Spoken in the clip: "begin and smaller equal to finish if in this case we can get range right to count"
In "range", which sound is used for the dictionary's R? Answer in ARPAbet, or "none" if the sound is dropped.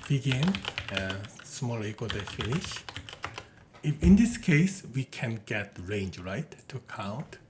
R